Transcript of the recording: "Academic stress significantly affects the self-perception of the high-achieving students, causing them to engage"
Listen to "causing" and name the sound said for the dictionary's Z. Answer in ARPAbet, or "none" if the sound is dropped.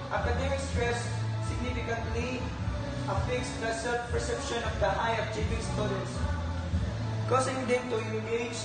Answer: S